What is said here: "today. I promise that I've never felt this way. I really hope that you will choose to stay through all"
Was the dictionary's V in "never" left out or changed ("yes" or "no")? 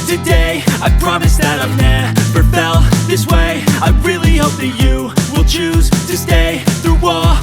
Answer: yes